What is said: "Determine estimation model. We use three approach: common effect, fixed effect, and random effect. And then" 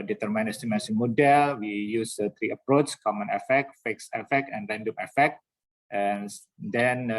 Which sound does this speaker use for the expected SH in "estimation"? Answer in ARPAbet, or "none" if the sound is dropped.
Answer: S